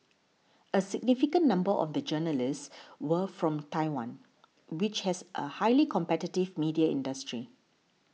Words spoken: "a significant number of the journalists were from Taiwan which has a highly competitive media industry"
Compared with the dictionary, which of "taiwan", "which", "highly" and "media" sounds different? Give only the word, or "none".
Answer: none